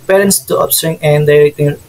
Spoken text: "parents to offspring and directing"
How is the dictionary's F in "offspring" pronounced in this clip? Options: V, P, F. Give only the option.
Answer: P